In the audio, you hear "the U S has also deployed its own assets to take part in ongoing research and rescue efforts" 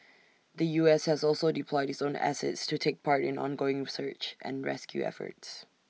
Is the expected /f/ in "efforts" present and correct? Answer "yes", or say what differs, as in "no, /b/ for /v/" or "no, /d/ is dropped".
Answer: yes